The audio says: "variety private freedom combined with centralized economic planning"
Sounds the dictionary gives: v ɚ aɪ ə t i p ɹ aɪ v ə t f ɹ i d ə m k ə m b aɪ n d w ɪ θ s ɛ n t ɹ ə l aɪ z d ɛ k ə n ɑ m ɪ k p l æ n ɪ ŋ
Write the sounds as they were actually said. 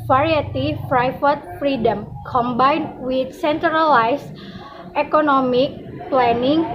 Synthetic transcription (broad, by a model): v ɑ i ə t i f ɹ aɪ f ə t f ɹ i d ə m k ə m b aɪ n w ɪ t s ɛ n t ɹ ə l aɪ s ɛ k ə n ɑ m ɪ k p l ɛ n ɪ ŋ